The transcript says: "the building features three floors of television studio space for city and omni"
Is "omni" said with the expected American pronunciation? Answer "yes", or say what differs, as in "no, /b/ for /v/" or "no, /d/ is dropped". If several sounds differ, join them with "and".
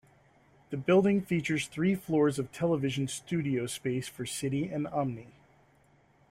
yes